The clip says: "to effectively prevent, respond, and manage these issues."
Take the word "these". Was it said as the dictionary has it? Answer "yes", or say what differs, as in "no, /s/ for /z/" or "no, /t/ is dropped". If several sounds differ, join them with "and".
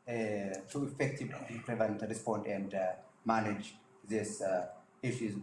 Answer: no, /s/ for /z/